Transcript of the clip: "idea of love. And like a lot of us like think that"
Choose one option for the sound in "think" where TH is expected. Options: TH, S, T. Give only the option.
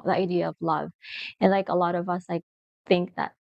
TH